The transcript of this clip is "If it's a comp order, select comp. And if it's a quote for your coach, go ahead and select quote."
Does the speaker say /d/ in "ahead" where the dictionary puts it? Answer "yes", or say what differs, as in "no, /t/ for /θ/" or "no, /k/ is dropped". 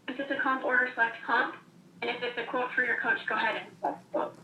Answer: yes